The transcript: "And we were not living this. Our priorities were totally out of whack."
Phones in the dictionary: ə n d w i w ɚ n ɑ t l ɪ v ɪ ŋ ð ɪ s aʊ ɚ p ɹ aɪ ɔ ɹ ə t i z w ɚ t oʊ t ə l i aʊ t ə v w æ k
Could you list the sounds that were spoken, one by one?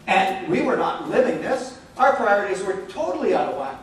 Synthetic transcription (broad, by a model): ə n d w i w ɚ n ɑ t l ɪ v ɪ ŋ ð ɪ s aʊ ɚ p ɹ aɪ ɔ ɹ ə t i z w ɚ t oʊ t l i aʊ t ə v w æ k